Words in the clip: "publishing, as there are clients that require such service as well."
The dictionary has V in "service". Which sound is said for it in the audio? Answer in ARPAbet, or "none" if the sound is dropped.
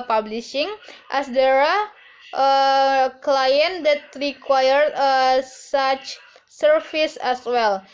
F